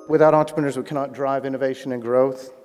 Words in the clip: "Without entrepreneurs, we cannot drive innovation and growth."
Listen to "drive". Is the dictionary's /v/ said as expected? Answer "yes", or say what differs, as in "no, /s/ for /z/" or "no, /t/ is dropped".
yes